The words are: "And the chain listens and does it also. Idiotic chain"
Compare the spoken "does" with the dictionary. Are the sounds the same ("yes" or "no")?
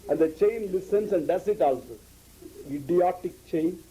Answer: no